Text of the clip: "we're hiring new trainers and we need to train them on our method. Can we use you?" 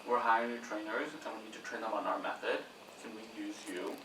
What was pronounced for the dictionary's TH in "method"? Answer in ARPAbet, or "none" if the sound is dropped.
TH